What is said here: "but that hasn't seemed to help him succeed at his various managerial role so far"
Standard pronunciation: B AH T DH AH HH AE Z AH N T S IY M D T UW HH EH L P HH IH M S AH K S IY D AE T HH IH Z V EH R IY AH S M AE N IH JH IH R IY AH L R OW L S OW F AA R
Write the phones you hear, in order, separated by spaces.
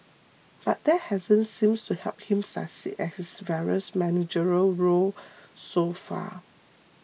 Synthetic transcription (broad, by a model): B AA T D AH HH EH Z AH N S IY M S T UW HH EH L P HH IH M S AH S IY EH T HH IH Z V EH R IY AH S M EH N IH JH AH R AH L R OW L S OW F AA